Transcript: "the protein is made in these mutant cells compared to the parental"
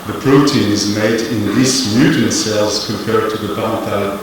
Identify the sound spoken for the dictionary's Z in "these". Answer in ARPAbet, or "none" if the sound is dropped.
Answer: S